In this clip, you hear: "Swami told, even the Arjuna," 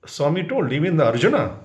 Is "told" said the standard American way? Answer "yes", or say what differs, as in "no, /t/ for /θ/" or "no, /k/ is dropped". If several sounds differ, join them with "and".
no, /d/ is dropped